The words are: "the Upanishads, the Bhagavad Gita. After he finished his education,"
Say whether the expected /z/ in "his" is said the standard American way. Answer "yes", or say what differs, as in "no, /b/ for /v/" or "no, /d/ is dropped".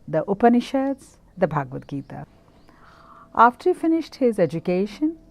yes